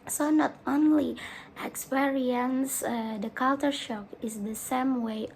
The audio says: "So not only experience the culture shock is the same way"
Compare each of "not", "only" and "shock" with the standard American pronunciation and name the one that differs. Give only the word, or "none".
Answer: none